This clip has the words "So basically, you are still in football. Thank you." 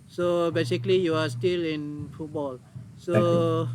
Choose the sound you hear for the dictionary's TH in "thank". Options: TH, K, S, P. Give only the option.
S